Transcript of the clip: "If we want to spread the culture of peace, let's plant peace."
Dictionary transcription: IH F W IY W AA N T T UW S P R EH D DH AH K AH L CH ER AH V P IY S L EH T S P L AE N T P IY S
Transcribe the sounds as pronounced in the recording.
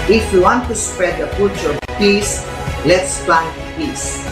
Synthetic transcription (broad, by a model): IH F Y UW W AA N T T UW S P R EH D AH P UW CH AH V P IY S L EH T S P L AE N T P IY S